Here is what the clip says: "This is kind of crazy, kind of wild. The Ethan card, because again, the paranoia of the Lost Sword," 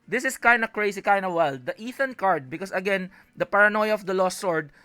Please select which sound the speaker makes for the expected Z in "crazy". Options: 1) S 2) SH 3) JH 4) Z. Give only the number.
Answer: 1